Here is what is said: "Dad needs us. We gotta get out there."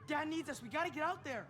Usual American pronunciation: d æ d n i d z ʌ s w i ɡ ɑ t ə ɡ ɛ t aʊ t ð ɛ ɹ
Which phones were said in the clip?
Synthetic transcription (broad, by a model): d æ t n i d z ʌ s w i ɡ ɑ t ə ɡ ɛ t aʊ t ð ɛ ɹ